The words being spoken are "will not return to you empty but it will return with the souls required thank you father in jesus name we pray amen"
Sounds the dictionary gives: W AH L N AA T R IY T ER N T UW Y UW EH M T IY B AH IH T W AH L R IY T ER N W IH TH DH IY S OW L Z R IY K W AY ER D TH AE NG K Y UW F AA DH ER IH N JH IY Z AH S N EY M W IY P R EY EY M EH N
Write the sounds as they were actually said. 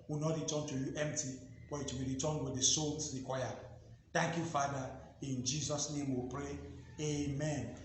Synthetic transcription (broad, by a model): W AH N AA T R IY T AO N T UW Y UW EH M T IY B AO IH T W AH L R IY T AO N W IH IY S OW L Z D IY K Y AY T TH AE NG K Y UW F AA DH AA IH N JH IY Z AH S N EY M W IY P R EY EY M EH N